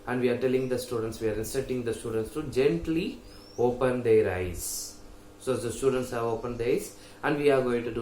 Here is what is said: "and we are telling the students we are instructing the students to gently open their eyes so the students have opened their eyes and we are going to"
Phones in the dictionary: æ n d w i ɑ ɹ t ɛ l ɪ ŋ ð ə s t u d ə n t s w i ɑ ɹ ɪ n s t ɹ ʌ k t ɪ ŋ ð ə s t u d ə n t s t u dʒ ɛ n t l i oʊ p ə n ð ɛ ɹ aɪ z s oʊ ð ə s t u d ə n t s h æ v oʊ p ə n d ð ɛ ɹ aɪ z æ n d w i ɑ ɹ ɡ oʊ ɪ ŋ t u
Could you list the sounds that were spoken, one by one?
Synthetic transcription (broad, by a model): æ n d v i ɑ ɹ t ɛ l ɪ ŋ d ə s t u d ə n t s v i ɑ ɹ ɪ n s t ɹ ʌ t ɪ ŋ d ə s t u d ə n t s t u dʒ ɛ n t l i oʊ p ə n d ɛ ɹ aɪ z s oʊ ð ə s t u d ə n t s h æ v oʊ p ə n d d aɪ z æ n d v i ɑ ɹ ɡ oʊ ɪ ŋ t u